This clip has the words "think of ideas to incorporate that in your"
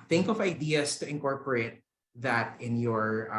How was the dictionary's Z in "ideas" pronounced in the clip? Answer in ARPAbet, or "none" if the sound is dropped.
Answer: S